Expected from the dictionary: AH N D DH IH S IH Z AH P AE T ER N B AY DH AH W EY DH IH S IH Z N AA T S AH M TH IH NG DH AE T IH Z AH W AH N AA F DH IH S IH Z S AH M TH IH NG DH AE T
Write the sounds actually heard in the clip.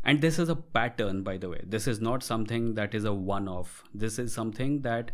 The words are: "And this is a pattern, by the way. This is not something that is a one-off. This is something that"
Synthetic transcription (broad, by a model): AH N D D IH S IH Z AH P AE T ER N B AY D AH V EY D IH S IH Z N AA T S AH M T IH NG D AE T IH Z AH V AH N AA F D IH S IH Z S AH M T IH NG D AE T